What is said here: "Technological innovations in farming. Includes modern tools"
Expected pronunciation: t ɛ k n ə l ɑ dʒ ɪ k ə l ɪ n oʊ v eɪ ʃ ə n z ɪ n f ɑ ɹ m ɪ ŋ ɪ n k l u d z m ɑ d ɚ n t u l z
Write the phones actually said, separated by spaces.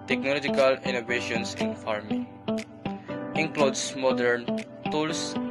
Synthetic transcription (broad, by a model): t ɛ k n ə l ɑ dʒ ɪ k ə l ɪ n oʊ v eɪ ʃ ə n s ɪ n f ɑ ɹ m ɪ ŋ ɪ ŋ k l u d s m ɑ d ɚ n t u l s